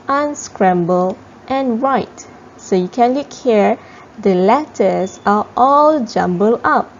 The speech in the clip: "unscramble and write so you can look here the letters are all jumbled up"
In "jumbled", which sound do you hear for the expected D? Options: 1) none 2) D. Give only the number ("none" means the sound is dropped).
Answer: 1